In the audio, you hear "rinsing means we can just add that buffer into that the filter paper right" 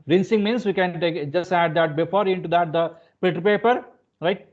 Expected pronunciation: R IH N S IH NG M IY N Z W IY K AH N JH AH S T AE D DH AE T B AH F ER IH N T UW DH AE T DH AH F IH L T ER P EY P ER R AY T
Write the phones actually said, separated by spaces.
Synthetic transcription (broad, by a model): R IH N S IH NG M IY N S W IY K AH N JH AH S T AE D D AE T B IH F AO IH N T UW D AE T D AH P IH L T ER P EY P ER R AY T